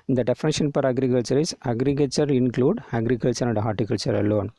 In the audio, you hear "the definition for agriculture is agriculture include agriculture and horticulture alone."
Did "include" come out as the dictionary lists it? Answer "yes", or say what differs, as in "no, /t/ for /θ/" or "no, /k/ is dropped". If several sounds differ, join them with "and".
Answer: yes